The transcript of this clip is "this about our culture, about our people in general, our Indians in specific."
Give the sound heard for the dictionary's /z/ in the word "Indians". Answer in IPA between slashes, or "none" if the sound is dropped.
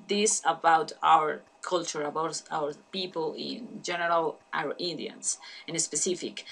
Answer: /s/